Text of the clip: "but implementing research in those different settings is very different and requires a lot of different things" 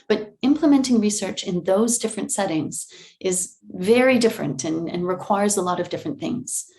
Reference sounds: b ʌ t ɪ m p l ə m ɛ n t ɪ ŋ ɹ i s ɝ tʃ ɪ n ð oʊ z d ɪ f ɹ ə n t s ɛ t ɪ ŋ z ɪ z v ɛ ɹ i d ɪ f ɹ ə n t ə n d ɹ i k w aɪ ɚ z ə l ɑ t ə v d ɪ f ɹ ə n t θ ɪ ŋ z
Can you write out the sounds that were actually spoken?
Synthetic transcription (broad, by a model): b ʌ t ɪ m p l ə m ɛ n t ɪ ŋ ɹ i s ɝ tʃ ɪ n ð oʊ z d ɪ f ɹ ə n t s ɛ t ɪ ŋ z ɪ z v ɛ ɹ i d ɪ f ɹ ə n t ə n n ɹ i k w aɪ ɚ z ə l ɑ t ə v d ɪ f ɹ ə n θ ɪ ŋ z